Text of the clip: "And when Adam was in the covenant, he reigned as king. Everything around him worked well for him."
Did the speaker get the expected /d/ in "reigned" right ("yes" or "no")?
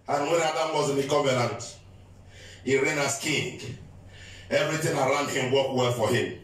no